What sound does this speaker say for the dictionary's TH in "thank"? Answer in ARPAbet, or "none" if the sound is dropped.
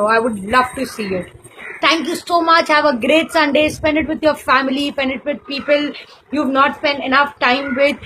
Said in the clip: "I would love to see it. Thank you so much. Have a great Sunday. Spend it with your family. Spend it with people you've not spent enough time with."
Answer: T